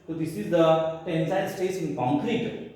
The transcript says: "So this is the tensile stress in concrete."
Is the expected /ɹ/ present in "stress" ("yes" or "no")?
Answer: no